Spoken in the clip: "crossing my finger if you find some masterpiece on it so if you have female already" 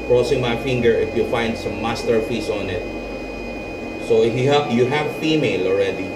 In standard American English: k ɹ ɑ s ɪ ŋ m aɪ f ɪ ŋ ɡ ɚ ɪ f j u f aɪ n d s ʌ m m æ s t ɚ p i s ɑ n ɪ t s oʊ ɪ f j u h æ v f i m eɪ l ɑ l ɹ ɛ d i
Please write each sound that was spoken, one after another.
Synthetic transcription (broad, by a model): k ɹ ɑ s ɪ ŋ m aɪ f ɪ ŋ ɡ ɚ ɪ f j u f aɪ n d s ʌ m m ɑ s t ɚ f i s ɑ n ɪ t s oʊ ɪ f j u h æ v f i m eɪ l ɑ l ɹ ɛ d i